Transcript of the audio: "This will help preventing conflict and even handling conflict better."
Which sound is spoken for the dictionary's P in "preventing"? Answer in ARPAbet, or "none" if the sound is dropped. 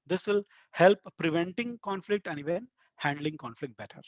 P